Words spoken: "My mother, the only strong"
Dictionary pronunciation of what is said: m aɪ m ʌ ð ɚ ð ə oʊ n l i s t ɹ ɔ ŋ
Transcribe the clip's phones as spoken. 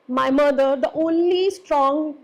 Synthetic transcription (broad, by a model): m aɪ m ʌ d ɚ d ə oʊ n l i s t ɹ ɔ ŋ